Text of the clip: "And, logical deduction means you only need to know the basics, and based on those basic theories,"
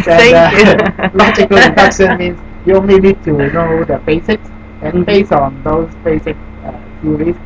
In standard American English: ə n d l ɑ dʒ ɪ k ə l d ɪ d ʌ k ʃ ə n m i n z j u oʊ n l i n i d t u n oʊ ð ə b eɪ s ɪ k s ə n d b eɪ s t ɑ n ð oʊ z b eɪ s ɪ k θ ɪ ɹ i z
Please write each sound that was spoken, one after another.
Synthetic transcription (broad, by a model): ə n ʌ l ɑ dʒ ɪ k ə l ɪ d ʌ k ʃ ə n m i n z j u oʊ n l i n i d t u n oʊ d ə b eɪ s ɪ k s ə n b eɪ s ɑ n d oʊ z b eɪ s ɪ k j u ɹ i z